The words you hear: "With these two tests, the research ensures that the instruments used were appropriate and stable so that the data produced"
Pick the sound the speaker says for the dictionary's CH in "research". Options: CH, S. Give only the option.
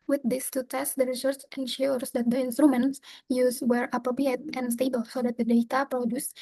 S